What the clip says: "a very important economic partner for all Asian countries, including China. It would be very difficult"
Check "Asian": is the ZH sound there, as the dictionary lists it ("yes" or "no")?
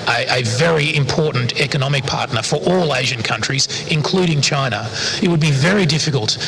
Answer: yes